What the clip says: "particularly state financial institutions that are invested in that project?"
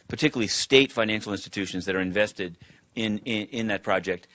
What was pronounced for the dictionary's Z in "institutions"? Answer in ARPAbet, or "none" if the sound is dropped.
Z